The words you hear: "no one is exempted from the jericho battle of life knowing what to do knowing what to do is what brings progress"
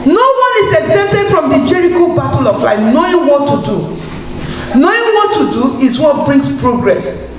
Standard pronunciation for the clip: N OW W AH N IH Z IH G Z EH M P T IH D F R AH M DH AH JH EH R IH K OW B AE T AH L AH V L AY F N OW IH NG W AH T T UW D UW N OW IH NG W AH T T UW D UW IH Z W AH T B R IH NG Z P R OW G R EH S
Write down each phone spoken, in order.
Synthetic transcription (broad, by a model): N OW W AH N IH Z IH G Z EH P T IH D F R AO M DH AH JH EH R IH K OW B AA T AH L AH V L AY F N OW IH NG W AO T T UW D UW N OW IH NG W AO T T UW D UW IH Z W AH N B R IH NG S P R OW G R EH S